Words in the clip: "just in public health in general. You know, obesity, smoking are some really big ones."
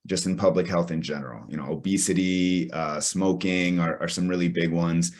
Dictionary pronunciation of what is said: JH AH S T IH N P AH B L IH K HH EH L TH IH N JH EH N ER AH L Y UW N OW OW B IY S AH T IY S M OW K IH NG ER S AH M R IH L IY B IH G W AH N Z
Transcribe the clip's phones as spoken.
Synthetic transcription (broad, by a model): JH AH S T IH N P AH B L IH K HH EH L TH IH N JH EH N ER AH L Y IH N OW OW B IY S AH T IY S M OW K IH NG ER S AH M R IH L IY B IH G W AH N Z